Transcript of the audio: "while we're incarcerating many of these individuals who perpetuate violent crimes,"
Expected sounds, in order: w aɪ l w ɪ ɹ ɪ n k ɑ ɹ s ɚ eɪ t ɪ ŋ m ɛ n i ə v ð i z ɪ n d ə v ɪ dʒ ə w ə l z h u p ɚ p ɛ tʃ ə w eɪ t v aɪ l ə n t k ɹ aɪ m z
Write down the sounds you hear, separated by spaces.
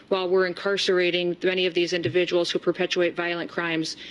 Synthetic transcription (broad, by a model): w aɪ l w ɪ ɹ ɪ n k ɑ ɹ s ɚ eɪ t ɪ ŋ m ɛ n i ə v ð i z ɪ n d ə v ɪ dʒ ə w l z h u p ɚ p ɛ tʃ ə eɪ t v aɪ l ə n k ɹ aɪ m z